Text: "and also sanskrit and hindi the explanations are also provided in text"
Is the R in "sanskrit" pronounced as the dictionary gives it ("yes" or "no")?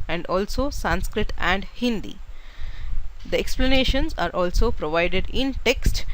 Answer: yes